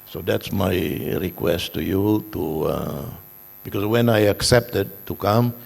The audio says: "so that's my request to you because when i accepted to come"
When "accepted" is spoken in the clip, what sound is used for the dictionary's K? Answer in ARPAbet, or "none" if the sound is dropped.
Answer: K